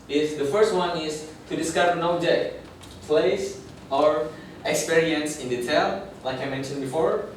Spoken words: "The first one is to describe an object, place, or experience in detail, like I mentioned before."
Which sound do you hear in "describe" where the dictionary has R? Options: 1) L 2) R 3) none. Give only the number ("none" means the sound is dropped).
3